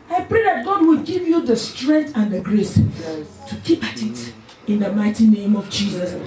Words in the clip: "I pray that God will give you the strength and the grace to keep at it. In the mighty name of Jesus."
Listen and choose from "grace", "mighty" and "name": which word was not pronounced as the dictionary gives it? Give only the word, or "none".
none